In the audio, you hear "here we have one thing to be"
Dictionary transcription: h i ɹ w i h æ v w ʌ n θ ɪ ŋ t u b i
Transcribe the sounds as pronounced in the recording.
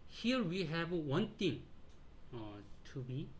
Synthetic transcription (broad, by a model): h i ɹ w i h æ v w ʌ n t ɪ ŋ t u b i